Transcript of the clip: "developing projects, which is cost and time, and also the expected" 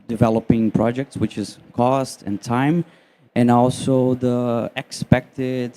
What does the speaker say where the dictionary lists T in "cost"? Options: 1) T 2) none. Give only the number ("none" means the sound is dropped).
1